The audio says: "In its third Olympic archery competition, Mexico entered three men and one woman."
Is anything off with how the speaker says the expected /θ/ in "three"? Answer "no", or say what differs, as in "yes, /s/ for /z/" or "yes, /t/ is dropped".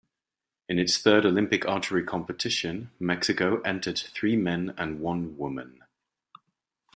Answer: no